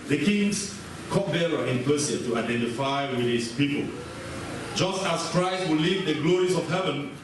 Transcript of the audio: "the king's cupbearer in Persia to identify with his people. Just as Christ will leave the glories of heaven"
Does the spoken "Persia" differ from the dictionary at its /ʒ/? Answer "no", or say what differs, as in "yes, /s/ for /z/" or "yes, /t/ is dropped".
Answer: yes, /s/ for /ʒ/